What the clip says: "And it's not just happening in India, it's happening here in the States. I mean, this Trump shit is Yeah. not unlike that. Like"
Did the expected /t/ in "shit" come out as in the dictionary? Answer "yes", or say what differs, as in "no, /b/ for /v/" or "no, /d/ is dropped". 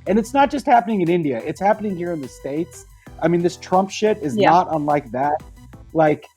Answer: yes